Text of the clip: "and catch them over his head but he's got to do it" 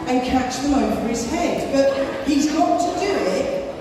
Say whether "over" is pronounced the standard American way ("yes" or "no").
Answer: no